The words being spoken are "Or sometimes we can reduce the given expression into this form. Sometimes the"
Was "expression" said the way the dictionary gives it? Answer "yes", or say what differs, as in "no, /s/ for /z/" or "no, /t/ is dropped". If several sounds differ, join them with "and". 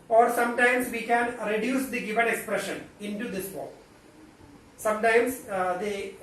yes